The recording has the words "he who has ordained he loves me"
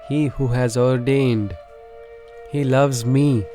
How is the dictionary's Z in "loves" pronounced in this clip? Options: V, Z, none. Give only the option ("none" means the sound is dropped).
Z